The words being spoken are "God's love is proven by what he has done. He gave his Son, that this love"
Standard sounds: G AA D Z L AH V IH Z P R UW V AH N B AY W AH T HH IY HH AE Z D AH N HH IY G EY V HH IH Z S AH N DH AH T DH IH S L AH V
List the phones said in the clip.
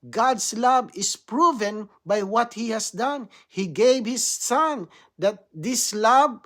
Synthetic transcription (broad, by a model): G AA D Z L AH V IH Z P R UW V AH N B AY W AH T HH IY HH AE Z D AH N HH IY G EY V HH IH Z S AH N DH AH T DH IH S L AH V